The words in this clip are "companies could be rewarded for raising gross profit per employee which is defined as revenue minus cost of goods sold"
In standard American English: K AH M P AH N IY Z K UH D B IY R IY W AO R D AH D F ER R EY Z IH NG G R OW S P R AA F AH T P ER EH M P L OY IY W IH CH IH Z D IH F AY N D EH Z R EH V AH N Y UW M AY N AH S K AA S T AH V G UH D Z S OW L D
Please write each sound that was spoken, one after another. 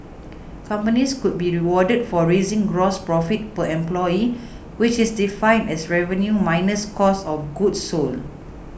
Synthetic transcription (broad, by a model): K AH M P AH N IY S K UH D B IY R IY W AO D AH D F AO R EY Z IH NG G R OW S P R AA F AH T P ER EH M P L OY IY W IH CH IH S D IH F AY N D EH S R EH V AH N Y UW M AY N AH S K AA S AH F G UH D S OW L